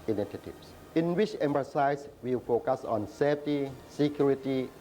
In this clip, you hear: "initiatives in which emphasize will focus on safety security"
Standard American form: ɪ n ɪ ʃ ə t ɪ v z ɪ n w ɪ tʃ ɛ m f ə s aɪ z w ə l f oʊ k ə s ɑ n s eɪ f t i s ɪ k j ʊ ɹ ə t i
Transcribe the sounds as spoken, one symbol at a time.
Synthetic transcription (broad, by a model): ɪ n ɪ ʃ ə t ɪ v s ɪ n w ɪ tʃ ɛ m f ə s aɪ s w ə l f oʊ k ə s ɑ n s eɪ f t i s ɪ k j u ɹ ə t i